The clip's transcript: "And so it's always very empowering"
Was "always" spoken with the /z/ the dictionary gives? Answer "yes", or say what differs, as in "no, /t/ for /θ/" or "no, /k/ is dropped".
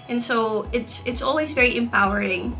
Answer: yes